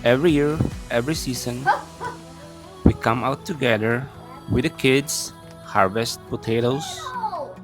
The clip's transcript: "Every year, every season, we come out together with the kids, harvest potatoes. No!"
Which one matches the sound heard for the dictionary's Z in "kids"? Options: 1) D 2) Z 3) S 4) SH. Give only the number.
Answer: 3